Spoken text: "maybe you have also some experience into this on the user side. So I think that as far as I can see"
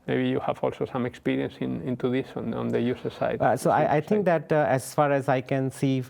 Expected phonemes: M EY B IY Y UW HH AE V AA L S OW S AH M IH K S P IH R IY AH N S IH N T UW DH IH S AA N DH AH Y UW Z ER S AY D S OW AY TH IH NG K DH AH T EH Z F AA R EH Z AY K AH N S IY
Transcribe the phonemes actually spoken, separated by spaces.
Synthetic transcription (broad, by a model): M EY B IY Y UW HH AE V AA L S OW S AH M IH K S P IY R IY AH N S IH N T UW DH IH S AA N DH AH Y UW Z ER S AY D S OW AY T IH NG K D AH T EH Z F AA R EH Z AY K AH N S IY